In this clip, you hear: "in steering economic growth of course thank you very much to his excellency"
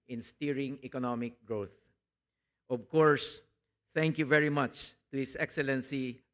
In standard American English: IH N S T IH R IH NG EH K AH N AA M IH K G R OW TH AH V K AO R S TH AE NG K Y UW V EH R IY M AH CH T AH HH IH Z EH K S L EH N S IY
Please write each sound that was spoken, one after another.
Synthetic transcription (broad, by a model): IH N S T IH R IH NG EH K AH N AA M IH K G R OW TH AH V K AO R S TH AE NG K Y UW V EH R IY M AH CH T AH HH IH S EH K S L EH N S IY